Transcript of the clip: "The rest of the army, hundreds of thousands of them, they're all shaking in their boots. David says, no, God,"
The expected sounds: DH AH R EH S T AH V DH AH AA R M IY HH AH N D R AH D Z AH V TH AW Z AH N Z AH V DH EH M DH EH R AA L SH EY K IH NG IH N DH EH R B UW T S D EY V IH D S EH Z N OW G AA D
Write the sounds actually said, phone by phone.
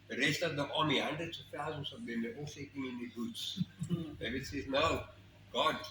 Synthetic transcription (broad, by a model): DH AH R EH S T AH V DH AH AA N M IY HH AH N D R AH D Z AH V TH AW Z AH N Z AH V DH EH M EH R AA L S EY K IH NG IH N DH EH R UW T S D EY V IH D S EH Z N OW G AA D